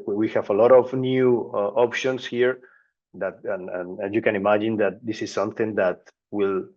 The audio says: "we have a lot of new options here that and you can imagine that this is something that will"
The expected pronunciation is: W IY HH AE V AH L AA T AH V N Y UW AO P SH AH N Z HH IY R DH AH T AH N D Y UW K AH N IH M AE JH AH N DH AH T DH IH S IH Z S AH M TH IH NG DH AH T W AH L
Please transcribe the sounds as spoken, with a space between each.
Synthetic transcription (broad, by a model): W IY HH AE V AH L AA T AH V N Y UW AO P SH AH N S HH IY R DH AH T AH N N Y UW K AH N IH M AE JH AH N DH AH T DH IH S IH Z S AH M TH IH NG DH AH T W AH L